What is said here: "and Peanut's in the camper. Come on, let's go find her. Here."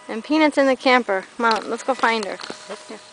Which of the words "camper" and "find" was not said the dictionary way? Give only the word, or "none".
none